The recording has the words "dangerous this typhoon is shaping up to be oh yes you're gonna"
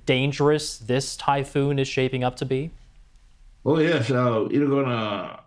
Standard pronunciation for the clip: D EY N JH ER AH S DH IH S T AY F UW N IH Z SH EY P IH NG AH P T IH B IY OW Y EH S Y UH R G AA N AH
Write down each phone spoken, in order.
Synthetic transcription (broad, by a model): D EY N JH ER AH S DH IH S T AY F UW N IH Z SH EY P IH NG AH P T IH B IY OW Y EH S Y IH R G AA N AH